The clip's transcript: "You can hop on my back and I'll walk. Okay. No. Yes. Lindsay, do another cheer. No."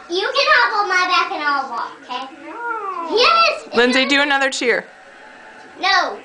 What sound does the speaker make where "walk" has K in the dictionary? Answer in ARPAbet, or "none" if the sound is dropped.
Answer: none